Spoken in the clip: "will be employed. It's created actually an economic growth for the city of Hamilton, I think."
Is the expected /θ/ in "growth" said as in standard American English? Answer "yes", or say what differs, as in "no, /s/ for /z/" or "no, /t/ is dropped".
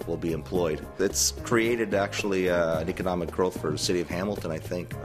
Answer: yes